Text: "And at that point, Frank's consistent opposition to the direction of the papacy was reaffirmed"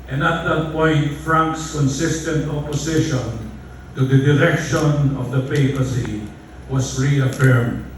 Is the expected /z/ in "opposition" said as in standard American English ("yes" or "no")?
no